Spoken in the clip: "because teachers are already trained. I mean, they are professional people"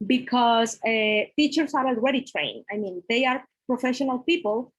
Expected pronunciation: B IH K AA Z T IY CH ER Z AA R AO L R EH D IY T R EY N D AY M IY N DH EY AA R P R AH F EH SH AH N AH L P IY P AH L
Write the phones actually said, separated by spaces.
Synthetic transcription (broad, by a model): B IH K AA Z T IY CH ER S AA R AO L R EH D IY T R EY N AY M IY N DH EY AA R P R AH F EH SH AH N AH L P IY P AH L